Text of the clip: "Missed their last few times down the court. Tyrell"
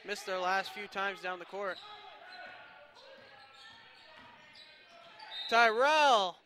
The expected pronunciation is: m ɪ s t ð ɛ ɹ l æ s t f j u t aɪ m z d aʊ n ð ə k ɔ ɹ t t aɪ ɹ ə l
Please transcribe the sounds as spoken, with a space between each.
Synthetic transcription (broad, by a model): m ɪ s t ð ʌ ɹ l æ s t f j u t aɪ m z d aʊ n ð ə k ɔ ɹ t t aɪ ɹ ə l